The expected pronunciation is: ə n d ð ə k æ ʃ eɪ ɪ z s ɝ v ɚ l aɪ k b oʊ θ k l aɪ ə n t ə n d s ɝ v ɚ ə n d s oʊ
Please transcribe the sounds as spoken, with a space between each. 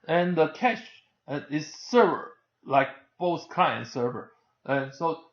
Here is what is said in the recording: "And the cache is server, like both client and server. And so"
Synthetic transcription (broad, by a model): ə n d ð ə k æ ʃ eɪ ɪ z s ɝ v ɚ l aɪ k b oʊ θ k aɪ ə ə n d s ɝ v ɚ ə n s oʊ